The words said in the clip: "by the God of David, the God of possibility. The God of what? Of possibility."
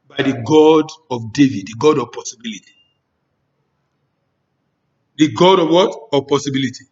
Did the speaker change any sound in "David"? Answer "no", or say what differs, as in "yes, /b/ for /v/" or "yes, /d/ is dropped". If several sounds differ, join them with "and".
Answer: no